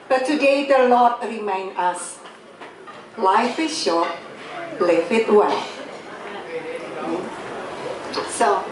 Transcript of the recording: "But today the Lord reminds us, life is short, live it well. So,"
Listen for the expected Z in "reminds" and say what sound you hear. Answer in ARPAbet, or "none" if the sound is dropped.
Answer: none